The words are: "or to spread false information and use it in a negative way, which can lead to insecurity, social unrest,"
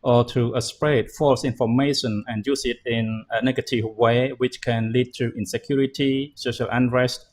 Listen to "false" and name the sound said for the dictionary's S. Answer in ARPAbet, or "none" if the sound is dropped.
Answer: S